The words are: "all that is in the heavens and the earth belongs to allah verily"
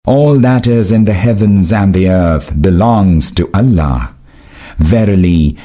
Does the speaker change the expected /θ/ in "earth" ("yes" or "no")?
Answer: no